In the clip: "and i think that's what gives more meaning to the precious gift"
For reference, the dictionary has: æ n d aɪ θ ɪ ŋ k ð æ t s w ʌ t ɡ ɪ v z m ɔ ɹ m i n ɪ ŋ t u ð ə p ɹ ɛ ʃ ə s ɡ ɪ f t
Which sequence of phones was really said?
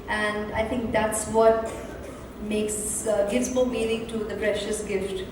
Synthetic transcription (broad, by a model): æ n d aɪ t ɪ ŋ k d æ t s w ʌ t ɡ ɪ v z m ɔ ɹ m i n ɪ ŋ t u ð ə p ɹ ɛ ʃ ə s ɡ ɪ f t